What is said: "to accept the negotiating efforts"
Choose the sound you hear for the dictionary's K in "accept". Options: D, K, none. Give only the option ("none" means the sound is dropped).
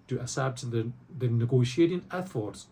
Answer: none